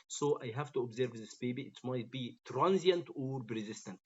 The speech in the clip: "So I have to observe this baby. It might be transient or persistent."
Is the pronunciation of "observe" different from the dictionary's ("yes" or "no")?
no